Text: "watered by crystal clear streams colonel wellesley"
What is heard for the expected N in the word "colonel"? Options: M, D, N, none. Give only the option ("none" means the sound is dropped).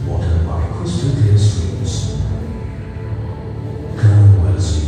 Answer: none